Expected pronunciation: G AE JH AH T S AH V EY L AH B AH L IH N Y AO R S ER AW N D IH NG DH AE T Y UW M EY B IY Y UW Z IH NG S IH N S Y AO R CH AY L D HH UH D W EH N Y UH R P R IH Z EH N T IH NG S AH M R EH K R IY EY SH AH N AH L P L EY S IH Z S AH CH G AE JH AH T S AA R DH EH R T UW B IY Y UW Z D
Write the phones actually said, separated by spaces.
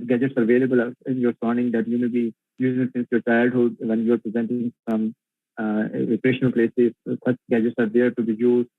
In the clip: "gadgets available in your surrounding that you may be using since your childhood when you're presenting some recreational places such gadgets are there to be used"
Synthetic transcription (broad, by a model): G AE JH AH T S AH V EY L AH B AH L IH N Y AO R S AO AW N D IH NG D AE T Y UW M EY B IY Y UW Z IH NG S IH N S Y AO R CH AY L D HH UH D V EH N Y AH R P R IH Z EH N T IH NG S AH M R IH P R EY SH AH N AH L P L EY S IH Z S AH CH G AE JH AH T S AA R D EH R T UW B IY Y UW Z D